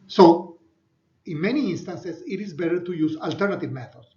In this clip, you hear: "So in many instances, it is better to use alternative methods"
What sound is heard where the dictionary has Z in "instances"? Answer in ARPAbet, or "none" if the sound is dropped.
S